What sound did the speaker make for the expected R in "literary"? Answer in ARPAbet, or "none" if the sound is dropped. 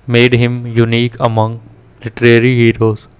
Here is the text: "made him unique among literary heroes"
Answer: R